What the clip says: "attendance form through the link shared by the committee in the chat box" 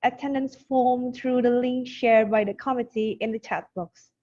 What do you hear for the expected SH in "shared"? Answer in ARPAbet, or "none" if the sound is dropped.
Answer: SH